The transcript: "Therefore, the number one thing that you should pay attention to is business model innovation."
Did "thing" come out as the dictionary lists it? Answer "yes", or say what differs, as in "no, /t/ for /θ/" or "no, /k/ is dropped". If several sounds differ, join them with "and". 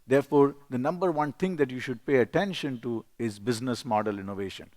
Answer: no, /t/ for /θ/